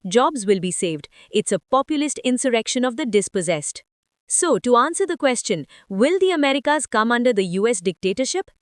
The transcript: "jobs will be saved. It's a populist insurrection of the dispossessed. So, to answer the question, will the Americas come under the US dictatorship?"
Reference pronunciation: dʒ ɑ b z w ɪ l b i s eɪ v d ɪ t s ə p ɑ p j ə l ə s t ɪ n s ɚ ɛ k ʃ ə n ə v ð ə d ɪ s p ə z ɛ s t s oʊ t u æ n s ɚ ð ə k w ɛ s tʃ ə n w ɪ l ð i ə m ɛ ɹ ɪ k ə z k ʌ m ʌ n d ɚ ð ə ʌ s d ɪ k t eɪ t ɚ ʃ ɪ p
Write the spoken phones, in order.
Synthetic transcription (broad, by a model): dʒ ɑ b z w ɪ l b i s eɪ v d ɪ t s ə p ɑ p j ə l ə s t ɪ n s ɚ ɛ k ʃ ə n ə v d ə d ɪ s p ə z ɛ s t s oʊ t u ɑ n s ɚ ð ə k w ɛ s tʃ ə n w ɪ l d i ə m ɛ ɹ ɪ k ə z k ʌ m ʌ n d ɚ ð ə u s d ɪ k t eɪ t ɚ ʃ ɪ p